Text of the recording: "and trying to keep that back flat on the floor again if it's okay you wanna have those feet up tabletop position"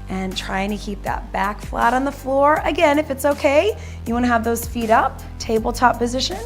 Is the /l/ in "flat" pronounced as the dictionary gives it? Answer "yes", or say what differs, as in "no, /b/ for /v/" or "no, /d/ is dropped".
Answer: yes